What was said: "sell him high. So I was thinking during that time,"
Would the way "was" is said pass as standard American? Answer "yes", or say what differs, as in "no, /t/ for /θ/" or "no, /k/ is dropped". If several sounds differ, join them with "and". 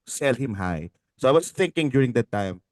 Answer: no, /s/ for /z/